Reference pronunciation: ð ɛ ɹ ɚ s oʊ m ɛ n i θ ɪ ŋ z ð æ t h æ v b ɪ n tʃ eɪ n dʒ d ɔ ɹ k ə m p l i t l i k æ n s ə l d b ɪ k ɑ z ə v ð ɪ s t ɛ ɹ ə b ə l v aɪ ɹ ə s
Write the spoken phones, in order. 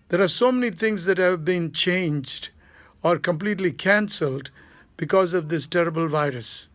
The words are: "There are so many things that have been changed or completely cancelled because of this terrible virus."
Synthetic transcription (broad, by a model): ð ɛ ɹ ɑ s oʊ m ɛ n i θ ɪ ŋ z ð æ t h æ v b ɪ n tʃ eɪ n dʒ d ɔ ɹ k ə m p l i t l i k æ n s ə l d b ɪ k ɑ z ə v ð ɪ s t ɛ ɹ ə b ə l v aɪ ɹ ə s